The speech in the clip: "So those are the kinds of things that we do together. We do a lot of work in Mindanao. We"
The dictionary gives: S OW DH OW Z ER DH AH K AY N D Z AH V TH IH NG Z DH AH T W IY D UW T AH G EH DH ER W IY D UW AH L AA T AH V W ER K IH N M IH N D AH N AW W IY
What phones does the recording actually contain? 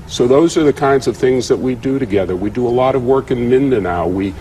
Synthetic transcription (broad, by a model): S OW DH OW Z ER DH AH K AY N D Z AH V TH IH NG Z DH AH T W IY D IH T AH G EH DH ER W IY D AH AH L AA T AH V W ER K IH N M IH N D AH N AW W IY